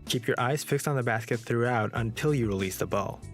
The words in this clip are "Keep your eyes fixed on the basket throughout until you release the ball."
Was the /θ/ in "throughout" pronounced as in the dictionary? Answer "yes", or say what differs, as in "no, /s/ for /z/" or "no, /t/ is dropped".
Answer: yes